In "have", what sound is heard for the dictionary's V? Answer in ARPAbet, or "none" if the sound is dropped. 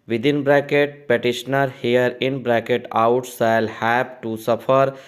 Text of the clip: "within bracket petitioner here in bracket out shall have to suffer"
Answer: P